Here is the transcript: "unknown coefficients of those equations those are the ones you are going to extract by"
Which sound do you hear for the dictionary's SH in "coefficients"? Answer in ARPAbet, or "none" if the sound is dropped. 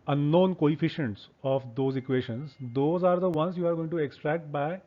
SH